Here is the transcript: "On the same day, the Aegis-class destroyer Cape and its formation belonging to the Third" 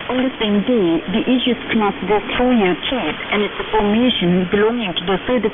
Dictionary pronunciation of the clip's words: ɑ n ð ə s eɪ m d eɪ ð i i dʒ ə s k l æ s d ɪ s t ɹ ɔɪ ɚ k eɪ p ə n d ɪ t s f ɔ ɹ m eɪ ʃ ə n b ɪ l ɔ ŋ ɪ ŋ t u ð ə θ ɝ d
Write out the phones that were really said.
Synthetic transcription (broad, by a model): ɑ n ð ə s eɪ m d eɪ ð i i ʃ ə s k n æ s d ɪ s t ɔɪ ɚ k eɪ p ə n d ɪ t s f ɔ ɹ m eɪ ʃ ə n b ɪ l ɔ ŋ ɪ ŋ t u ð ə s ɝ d